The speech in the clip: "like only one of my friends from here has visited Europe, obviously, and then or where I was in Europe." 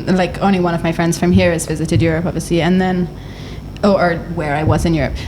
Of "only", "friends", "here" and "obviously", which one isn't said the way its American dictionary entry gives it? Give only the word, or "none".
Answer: obviously